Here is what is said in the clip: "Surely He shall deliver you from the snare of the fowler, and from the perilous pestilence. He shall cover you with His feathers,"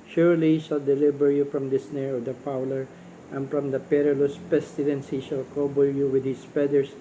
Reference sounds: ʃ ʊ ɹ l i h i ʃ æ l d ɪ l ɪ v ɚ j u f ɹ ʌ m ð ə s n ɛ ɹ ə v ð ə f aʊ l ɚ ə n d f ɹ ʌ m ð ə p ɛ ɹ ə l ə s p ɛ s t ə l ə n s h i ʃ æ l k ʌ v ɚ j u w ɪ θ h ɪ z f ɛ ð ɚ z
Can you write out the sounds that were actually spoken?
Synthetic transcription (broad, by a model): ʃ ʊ ɹ l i h i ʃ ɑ l d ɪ l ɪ b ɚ j u f ɹ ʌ m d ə s n ɛ ɹ ə v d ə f aʊ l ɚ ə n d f ɹ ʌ m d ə p ɛ ɹ ə l ə s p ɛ s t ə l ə n s h i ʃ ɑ l k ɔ b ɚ j u w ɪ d h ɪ s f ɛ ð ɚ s